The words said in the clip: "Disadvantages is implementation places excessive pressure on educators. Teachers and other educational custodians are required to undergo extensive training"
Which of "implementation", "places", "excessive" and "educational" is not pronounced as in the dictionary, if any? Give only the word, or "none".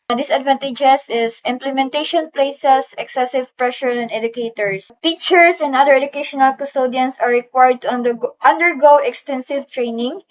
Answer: places